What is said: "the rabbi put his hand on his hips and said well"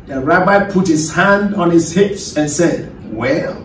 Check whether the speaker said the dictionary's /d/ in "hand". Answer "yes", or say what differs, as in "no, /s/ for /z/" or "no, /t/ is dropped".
yes